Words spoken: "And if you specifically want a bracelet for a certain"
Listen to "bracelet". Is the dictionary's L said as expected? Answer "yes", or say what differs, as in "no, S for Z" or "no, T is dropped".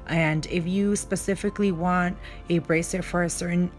no, L is dropped